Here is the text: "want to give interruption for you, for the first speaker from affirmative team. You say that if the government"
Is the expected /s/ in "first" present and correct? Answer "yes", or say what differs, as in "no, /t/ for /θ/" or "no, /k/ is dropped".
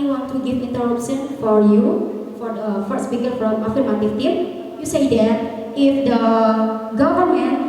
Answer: no, /s/ is dropped